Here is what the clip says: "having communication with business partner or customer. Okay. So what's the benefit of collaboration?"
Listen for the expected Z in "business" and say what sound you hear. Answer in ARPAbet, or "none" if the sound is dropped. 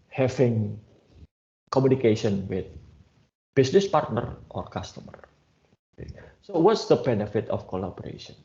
S